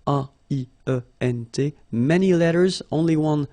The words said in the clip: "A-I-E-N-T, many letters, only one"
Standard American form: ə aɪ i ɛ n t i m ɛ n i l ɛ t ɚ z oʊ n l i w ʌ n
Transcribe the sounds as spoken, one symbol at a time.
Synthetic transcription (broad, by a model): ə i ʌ ɛ n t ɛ m ɛ n i l ɛ t ɚ z oʊ n l i w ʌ n